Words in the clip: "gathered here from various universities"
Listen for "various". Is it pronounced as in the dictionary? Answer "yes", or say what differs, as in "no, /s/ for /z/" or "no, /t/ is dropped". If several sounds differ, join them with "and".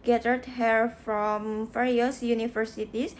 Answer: no, /f/ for /v/